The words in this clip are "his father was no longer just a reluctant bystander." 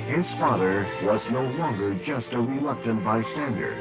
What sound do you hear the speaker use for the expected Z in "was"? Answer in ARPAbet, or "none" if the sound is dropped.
Z